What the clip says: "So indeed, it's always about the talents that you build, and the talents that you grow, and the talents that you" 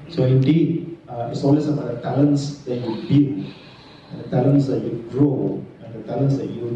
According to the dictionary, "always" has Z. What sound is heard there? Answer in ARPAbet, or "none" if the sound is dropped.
S